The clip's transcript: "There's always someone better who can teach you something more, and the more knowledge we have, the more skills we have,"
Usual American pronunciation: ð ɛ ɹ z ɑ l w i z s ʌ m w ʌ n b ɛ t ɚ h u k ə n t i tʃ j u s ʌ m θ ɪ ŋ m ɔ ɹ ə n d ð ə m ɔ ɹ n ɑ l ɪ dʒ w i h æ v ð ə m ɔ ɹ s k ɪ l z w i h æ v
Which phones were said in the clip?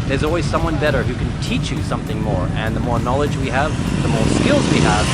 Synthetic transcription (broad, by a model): ð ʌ ɹ z ɑ l w i z s ʌ m w ʌ n b ɛ t ɚ h u k ə n t i tʃ j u s ʌ m θ ɪ ŋ m ɔ ɹ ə n ð ə m ɔ ɹ n ɑ l ɪ dʒ w i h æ v ð ə m ɔ ɹ s k ɪ l z w i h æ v